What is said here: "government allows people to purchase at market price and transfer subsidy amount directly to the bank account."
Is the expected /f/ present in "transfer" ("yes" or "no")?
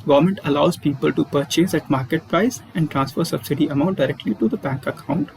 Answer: yes